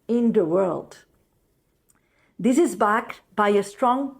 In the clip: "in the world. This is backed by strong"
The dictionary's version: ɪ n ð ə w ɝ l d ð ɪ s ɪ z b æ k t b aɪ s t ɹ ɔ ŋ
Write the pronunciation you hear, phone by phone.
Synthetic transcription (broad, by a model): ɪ n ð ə w ɝ l d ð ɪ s ɪ z b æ k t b aɪ s t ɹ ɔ ŋ